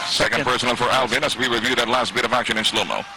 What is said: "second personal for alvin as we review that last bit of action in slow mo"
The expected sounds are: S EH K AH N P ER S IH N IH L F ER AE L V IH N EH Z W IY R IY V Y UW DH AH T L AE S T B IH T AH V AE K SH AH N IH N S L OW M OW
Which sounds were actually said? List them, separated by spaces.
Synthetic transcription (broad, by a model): S EH K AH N P ER S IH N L F ER AE L V IH N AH S W IY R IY V Y UW DH AH T L AE S T B IH T AH V AE K SH AH N IH N S L OW M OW